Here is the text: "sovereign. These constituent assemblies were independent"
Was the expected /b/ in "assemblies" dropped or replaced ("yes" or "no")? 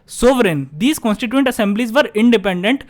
no